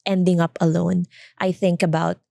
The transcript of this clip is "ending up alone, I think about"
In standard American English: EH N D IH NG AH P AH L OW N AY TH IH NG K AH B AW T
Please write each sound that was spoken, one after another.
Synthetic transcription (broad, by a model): EH N D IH NG AH P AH L OW N AY TH IH NG K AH B AW T